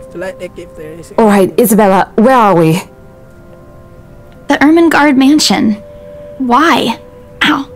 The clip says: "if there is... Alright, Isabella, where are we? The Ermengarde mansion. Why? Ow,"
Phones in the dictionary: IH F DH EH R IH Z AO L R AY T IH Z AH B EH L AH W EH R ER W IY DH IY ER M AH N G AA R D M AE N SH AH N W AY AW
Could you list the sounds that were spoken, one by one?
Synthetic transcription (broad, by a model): AO L R AY T IH Z AH B EH L AH W EH R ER W IY DH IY ER M AH N G AA R D M AE N SH AH N W AY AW